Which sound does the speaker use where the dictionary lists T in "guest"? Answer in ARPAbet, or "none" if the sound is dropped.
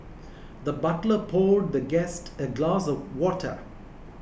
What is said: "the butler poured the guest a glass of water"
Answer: T